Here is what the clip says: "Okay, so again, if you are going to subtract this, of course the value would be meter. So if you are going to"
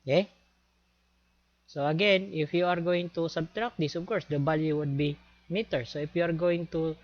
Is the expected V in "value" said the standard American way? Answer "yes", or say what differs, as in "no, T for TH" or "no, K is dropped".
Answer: no, B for V